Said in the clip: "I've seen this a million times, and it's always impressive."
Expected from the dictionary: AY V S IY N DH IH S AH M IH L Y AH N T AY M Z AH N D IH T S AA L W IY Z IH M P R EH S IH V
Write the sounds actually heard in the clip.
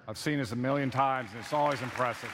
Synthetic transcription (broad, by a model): AY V S IY N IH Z AH M IH L Y AH N T AY M Z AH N IH T S AA L W IY Z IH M P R EH S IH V